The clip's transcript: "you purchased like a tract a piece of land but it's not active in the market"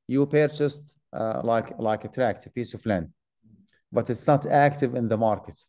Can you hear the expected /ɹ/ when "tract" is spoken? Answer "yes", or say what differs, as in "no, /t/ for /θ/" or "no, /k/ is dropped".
yes